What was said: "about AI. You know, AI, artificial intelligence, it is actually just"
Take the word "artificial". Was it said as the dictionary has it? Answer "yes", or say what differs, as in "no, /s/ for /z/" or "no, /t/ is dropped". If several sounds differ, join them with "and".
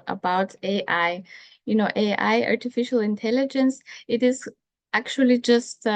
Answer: yes